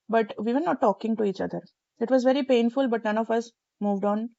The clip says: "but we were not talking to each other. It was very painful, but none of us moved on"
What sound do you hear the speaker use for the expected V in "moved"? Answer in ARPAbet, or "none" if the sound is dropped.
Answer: V